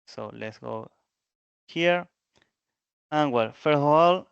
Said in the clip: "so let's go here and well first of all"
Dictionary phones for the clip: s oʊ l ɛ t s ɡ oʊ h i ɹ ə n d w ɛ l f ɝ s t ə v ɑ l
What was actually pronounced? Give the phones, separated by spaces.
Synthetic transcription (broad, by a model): s oʊ l ɛ t s ɡ oʊ h i ɹ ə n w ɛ l f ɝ t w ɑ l